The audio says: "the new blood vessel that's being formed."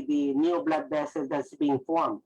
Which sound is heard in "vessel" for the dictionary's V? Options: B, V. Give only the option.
B